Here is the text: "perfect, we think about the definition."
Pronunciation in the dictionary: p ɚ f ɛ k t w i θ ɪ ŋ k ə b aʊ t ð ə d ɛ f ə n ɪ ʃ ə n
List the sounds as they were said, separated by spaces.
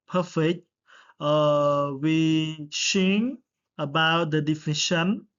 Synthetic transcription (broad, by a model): p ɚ f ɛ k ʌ w i s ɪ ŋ ə b aʊ t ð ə d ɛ f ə n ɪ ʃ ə n